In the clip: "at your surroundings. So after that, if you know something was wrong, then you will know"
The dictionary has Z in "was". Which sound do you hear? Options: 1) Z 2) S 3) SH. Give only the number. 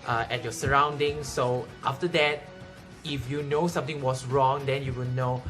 2